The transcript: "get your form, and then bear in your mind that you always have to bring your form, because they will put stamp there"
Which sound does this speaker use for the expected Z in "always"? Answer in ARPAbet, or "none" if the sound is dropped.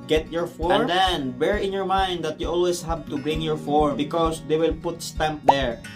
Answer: S